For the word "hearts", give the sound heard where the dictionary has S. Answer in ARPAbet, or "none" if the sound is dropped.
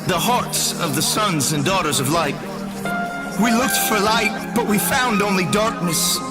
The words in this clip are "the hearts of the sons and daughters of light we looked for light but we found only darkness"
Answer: S